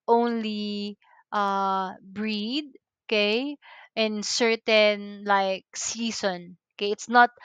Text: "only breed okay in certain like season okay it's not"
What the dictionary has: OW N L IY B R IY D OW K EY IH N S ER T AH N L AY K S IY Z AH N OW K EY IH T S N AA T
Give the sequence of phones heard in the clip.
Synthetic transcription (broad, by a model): OW N L IY B R IY D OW K EY IH N S ER T AH N L AY K S IY S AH N OW K EY IH T S N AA T